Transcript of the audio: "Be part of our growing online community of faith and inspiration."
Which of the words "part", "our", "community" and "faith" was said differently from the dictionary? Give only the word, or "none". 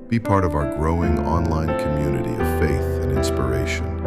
none